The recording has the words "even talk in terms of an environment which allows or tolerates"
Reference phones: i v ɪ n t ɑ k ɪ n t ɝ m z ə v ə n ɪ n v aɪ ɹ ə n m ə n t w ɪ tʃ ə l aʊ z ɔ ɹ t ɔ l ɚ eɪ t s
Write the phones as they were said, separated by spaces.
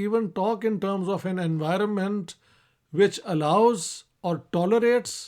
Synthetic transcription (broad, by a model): i v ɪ n t ɑ k ɪ n t ɝ m z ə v ə n ɪ n v aɪ ɹ ə n m ə n t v ɪ tʃ ə l aʊ z ɔ ɹ t ɔ l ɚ eɪ t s